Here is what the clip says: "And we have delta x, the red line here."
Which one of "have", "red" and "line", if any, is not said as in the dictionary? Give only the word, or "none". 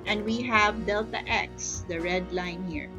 none